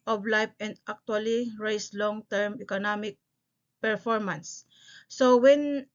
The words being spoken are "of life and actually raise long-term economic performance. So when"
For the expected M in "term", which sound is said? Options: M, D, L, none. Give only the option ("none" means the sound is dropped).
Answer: M